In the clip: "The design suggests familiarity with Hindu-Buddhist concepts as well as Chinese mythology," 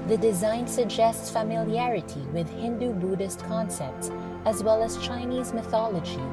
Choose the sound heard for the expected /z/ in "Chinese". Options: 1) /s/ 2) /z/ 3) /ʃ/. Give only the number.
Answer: 2